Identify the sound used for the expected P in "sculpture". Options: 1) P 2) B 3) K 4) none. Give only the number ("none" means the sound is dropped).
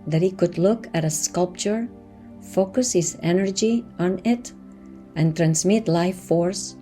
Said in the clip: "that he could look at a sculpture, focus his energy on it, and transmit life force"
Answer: 1